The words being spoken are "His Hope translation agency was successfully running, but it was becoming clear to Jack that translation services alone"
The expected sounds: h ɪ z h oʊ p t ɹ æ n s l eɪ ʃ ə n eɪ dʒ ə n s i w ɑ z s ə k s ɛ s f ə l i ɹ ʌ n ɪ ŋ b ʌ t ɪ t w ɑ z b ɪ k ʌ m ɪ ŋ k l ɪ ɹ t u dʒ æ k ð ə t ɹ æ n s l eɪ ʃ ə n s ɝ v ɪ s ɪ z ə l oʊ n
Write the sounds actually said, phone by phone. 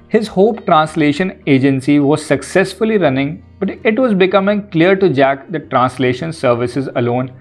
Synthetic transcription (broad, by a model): h ɪ z h oʊ p t ɹ æ n s l eɪ ʃ ə n eɪ dʒ ə n s i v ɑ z s ə k s ɛ s f ə l i ɹ ʌ n ɪ ŋ b ʌ t ɪ t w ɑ z b ɪ k ʌ m ɪ ŋ k l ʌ ɹ t u dʒ æ k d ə t ɹ æ n s l eɪ ʃ ə n s ɝ v ɪ s ɪ z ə l oʊ n